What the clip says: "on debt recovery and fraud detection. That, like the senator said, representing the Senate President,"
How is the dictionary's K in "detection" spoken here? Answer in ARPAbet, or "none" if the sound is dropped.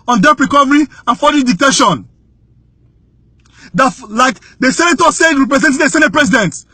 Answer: none